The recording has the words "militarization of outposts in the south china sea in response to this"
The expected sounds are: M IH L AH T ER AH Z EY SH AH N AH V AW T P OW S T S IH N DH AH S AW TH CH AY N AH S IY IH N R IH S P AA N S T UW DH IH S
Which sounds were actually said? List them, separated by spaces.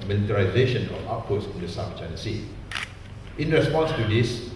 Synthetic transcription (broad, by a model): M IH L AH T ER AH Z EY SH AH N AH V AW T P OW T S IH N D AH S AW F CH AY N AH S IY IH N R IH S P AA N S T UW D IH S